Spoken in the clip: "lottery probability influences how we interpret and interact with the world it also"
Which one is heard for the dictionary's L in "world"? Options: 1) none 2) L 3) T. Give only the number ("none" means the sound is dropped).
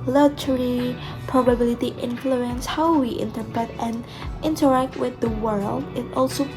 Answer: 2